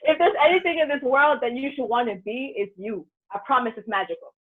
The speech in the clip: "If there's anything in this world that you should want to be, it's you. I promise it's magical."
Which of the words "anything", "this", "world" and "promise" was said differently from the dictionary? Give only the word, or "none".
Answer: none